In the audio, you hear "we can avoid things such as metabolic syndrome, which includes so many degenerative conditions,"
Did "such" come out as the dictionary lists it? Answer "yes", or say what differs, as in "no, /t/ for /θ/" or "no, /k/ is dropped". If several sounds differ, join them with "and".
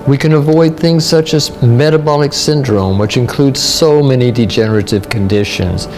yes